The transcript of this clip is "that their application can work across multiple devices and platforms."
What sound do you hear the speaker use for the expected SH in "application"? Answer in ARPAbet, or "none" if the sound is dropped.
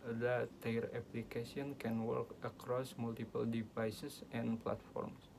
S